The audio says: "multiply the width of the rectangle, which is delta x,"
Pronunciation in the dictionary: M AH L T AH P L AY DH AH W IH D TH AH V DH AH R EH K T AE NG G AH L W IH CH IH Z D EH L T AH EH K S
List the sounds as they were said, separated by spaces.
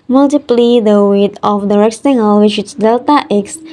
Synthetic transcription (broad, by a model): M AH L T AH P L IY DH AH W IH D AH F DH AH R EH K S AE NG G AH L W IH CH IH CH D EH L T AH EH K S